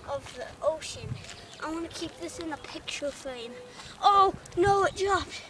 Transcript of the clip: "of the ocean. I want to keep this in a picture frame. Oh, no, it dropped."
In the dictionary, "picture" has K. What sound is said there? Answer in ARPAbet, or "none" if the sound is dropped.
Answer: K